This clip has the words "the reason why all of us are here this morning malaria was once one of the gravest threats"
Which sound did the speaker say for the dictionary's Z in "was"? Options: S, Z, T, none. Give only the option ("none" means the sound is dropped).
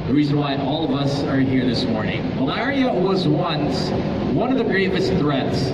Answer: Z